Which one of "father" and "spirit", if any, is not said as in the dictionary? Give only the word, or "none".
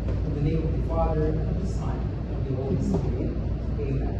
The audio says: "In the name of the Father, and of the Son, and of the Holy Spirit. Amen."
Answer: spirit